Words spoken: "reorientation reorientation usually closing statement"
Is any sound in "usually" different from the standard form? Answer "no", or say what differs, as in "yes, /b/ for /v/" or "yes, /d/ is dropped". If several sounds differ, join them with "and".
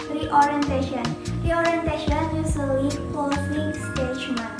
yes, /s/ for /ʒ/